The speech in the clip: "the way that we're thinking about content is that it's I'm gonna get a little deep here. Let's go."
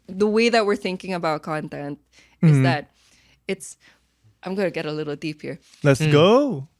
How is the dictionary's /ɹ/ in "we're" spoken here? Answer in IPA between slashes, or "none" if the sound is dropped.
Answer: /ɹ/